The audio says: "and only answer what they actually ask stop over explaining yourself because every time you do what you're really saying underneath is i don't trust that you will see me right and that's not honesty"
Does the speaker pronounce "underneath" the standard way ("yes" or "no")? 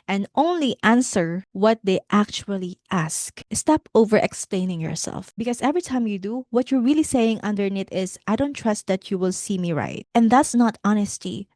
no